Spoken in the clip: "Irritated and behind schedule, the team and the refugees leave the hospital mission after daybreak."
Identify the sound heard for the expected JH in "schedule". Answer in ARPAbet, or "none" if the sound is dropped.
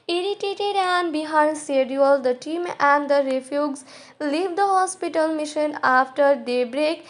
none